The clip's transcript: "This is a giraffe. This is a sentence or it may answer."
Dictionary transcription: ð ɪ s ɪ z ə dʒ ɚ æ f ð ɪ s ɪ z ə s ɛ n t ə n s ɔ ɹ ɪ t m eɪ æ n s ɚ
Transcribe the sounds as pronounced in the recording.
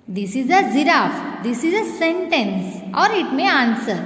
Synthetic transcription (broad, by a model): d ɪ s ɪ z ə z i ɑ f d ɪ s ɪ z ə s ɛ n t ə n s ɔ ɹ ɪ t m eɪ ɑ n s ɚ